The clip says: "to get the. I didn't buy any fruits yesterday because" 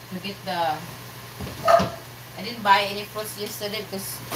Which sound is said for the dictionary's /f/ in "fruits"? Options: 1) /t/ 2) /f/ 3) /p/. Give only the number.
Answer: 3